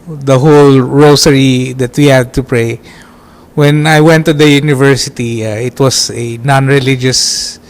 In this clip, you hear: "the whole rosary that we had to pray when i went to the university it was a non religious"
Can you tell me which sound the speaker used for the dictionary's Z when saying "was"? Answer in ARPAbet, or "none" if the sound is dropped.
S